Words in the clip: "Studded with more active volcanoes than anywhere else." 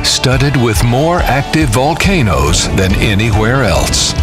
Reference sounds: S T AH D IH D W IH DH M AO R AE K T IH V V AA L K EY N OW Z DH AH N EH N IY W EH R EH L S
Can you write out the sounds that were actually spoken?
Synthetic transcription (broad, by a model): S T AH D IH D W IH DH M AO R AE K T IH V V AA L K EY N OW Z DH AH N EH N IY W EH R EH L S